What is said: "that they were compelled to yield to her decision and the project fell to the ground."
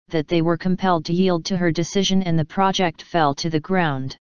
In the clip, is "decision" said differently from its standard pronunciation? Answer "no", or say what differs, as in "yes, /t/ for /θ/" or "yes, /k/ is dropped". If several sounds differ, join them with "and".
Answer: no